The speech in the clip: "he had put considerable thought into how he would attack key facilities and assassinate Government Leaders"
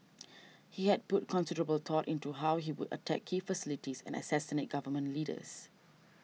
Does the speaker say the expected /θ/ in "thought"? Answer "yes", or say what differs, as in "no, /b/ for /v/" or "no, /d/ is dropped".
no, /t/ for /θ/